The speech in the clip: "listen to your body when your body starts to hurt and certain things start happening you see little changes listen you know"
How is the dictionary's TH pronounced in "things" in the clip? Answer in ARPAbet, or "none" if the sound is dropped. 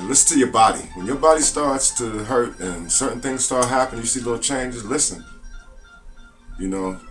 TH